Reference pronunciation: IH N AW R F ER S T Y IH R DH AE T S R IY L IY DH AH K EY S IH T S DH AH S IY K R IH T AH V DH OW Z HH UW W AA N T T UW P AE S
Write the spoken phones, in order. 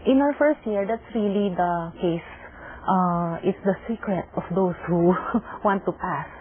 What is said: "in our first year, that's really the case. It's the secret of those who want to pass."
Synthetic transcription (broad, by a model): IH N AW R F ER S T Y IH R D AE T S R IY L IY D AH K EY S IH T S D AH S IY K R IH T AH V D OW S HH UW W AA N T T UW P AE S